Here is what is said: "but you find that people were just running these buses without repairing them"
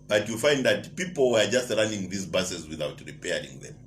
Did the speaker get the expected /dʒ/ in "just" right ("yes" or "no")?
yes